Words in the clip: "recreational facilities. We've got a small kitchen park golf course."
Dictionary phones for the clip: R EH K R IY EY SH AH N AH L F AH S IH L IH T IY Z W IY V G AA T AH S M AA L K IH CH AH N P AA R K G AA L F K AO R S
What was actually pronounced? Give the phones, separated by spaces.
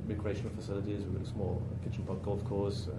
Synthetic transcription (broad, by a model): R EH K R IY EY SH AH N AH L F AH S IH L IH T IY Z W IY G AA T AH S M AA L K IH CH AH N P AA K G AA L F K AO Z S